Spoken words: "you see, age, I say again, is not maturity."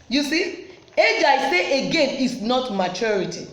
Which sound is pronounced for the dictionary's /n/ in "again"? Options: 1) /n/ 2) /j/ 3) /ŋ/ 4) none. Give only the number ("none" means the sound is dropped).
1